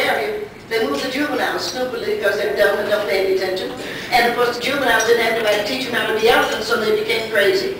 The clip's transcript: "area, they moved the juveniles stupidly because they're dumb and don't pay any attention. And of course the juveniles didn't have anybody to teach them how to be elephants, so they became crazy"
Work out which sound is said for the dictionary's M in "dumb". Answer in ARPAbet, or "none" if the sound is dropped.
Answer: none